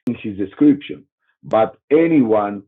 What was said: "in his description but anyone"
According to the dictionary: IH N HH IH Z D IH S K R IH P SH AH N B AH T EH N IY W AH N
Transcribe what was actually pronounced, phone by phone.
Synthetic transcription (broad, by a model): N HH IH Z D IH S K R IH P SH AH N B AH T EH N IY W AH N